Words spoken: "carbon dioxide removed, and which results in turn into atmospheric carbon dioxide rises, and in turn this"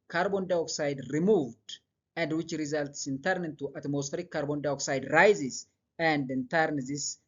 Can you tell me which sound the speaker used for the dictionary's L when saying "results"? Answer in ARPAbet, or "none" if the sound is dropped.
L